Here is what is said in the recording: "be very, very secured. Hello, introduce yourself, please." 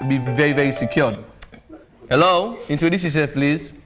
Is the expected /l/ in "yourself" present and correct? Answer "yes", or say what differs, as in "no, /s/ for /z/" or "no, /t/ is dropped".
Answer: no, /n/ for /l/